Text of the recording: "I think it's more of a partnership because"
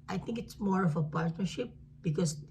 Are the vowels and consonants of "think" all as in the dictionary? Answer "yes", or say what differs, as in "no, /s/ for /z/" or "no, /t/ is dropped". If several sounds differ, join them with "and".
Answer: no, /t/ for /θ/